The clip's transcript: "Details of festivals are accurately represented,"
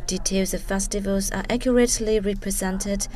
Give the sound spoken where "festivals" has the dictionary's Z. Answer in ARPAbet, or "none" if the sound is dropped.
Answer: Z